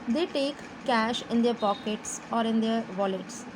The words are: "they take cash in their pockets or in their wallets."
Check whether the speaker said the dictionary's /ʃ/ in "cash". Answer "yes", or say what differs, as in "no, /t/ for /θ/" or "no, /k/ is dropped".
yes